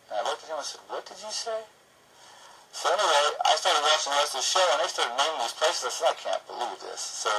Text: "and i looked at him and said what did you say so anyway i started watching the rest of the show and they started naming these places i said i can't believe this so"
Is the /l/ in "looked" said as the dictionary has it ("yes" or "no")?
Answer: no